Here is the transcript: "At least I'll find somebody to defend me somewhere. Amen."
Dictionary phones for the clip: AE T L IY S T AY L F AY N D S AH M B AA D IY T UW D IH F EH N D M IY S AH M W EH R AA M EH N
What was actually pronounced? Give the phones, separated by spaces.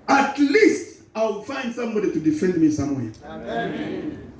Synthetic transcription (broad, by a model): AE T L IY S T AY W F AY N D S AH M B AA D IY T UW D IH F EH N D M IY S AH M W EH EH